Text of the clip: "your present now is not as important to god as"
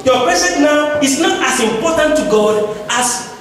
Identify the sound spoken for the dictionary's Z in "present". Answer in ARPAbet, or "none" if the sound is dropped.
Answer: S